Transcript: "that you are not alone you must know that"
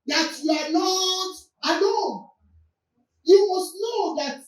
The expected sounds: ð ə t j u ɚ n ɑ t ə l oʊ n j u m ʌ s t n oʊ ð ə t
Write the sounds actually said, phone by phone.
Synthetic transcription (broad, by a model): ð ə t j u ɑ n ɑ t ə n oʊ j u m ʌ s t n oʊ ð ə t